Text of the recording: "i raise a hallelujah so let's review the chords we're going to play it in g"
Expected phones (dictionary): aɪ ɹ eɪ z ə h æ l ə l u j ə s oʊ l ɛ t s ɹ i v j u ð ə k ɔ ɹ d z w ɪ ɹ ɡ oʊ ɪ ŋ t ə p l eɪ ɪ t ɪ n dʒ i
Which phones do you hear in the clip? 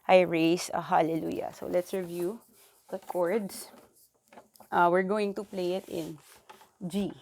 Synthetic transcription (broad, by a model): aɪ ɹ eɪ s ə h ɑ l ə l u j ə s oʊ l ɛ t s ɹ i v j u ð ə k ɔ ɹ d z w ɪ ɹ ɡ oʊ ɪ ŋ t ə p l eɪ ɪ t ɪ n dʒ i